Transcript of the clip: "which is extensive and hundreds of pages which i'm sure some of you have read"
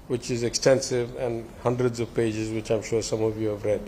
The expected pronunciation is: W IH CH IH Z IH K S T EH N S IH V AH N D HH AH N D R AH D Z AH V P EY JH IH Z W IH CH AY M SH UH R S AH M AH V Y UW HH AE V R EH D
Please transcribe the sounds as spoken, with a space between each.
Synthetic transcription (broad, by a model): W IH CH IH Z IH K S T EH N S IH V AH N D HH AH N D R AH D Z AH V P EY JH IH Z W IH CH AY M SH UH R S AH M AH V Y UW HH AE V R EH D